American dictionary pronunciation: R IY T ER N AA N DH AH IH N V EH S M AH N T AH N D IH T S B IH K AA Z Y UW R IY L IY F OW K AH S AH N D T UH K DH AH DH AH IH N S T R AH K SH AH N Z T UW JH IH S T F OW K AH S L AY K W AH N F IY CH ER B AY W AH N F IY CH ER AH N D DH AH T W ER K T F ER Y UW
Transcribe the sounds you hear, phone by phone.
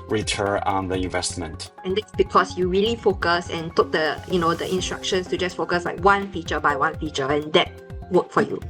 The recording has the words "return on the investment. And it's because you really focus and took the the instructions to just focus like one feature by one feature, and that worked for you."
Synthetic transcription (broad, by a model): R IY T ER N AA N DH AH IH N V EH S M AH N T AH N D IH T S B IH K AA S Y UW R IY L IY F OW K AH S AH N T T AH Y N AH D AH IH N S T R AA K SH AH N S T UW JH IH S F OW K AH S L AY K W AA N F IY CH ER B AY W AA N F IY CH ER AH N D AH T W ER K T F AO Y UW